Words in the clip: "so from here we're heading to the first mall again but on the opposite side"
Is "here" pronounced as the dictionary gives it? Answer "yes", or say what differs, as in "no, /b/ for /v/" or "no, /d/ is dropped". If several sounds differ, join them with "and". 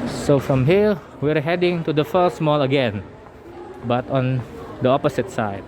no, /l/ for /ɹ/